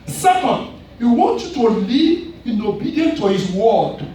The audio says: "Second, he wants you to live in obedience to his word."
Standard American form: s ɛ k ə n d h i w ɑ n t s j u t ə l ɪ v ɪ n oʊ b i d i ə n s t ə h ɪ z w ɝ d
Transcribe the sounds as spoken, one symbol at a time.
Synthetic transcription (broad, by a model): s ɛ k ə n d h i w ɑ n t j u t ə l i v ɪ n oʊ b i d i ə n t ə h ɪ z w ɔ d